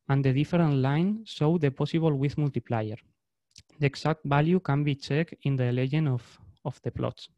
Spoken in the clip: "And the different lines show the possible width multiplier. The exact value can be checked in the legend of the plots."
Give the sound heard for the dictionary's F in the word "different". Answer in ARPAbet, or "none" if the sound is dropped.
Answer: none